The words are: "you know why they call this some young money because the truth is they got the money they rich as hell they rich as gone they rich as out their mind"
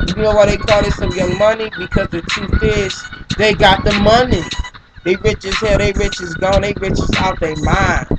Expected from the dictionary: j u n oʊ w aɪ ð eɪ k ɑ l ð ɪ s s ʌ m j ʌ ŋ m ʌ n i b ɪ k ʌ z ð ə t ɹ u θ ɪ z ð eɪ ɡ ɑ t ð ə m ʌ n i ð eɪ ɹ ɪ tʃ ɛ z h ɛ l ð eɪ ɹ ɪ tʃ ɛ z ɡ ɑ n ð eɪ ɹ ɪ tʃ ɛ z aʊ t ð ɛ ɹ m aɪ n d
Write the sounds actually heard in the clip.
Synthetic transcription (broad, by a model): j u n oʊ w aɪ ð eɪ k ɑ l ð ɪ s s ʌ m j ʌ m ʌ n i b ɪ k ʌ z ð ə t u f ɪ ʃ ð eɪ ɡ ɑ t ð ə m ʌ n i ð eɪ ɹ ɪ tʃ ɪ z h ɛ ð eɪ ɹ ɪ tʃ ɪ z ɡ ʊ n ð eɪ ɹ ɪ tʃ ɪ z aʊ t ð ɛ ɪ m aɪ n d